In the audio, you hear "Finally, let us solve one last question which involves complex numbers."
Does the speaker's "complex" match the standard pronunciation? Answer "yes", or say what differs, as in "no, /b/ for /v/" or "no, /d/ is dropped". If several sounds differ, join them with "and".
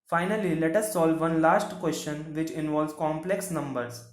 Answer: yes